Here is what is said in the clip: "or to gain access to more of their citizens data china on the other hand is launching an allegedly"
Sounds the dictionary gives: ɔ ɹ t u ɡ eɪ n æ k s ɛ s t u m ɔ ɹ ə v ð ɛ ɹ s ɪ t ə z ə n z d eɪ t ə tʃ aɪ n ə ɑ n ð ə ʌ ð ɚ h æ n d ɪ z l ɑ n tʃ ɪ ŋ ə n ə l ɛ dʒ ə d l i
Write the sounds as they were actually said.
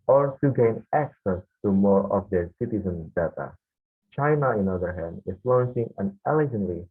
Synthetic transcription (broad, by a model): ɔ ɹ t u ɡ eɪ n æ k s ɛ s t u m ɔ ɹ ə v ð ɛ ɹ s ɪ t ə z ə n s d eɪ t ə tʃ aɪ n ə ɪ n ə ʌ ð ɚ h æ n d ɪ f l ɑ n s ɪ ŋ ə n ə l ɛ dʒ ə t l i